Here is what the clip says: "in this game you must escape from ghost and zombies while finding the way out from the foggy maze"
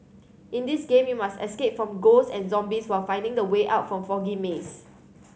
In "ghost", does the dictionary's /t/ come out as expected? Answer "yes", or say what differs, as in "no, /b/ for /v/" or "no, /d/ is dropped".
no, /t/ is dropped